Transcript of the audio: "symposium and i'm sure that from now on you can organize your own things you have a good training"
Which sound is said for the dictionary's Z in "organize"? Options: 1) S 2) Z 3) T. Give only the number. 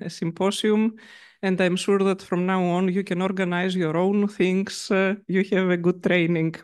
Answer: 2